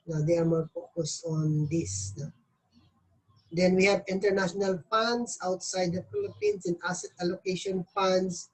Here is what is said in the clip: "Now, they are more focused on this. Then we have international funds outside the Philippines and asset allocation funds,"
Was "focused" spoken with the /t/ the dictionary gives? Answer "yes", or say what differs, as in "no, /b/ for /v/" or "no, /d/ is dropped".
no, /t/ is dropped